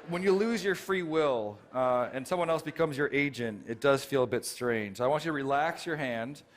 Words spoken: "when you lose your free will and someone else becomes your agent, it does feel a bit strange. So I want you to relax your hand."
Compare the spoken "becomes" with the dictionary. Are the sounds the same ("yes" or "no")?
yes